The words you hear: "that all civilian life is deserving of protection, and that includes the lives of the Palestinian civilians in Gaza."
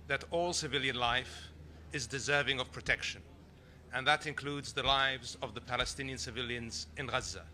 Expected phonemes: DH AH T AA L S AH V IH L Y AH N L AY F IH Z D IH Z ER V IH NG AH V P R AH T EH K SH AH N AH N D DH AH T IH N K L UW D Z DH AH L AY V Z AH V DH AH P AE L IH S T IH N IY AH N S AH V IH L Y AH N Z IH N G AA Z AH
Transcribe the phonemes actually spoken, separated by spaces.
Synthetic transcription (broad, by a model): DH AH T AA L S AH V IH L Y AH N L AY F IH Z D IH Z ER V IH NG AH V P R AH T EH K SH AH N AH N DH AH T IH N K L UW D Z DH AH L AY V Z AH V DH AH P AE L IH S T IH N IY AH N S AH V IH L Y AH N Z IH N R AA Z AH